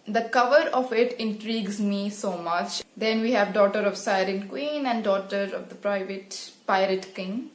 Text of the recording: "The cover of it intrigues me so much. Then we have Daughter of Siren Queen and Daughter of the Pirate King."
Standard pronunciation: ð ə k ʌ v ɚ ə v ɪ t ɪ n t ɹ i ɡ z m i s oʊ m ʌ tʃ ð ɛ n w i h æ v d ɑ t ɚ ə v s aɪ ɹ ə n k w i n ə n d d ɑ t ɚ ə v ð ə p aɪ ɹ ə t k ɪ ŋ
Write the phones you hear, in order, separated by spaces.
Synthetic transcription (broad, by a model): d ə k ʌ v ɚ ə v ɪ t ɪ n t ɹ i ɡ z m i s oʊ m ʌ tʃ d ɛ n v i h æ v d ɑ t ɚ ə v s aɪ ɹ ə n k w i n ə n d d ɑ t ɚ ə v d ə p aɪ ɹ ə t k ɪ ŋ